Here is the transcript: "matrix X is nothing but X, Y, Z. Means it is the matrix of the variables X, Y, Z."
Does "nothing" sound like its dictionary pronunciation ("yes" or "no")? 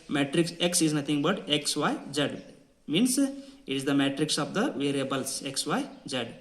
no